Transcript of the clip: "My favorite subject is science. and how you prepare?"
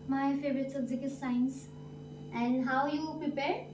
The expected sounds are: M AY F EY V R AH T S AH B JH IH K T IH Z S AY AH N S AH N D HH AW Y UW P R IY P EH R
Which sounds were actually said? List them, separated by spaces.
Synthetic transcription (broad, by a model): M AY F EY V R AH T S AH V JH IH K IH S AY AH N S AH N D HH AW Y UW P R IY P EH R